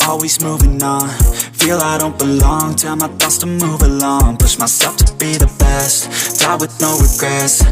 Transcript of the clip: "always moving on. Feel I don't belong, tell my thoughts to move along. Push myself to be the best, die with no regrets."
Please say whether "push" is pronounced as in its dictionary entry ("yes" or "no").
no